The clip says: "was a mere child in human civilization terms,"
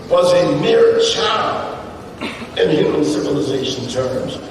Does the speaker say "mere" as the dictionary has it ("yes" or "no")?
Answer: yes